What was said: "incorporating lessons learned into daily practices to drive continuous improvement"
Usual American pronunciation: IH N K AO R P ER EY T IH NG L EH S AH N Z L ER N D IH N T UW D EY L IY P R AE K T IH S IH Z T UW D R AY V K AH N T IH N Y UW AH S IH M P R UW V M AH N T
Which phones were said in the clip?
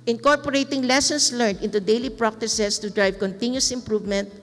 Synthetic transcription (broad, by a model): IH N K AO R P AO EY T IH NG L EH S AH N S L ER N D IH N T UW D EY L IY P R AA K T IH S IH S T UW D R AY V K AH N T IH N Y UW AH S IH M P R UW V M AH N T